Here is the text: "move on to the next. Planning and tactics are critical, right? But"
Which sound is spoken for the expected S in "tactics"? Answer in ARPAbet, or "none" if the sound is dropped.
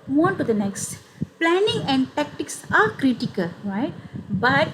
S